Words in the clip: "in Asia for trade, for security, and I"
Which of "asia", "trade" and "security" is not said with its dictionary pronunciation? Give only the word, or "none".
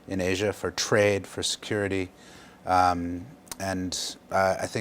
none